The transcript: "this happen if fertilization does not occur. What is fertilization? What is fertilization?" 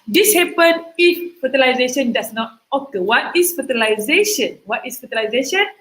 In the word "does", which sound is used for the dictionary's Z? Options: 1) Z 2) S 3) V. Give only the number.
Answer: 2